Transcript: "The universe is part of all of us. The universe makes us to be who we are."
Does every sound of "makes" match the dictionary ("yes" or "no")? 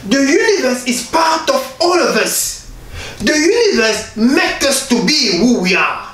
no